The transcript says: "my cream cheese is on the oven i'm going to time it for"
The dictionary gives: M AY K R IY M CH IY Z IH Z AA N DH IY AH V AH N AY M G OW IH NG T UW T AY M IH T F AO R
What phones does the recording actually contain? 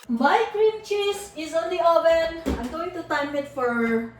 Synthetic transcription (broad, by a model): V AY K R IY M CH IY S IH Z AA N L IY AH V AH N AY M G OW IH NG T UW T AY M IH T F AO R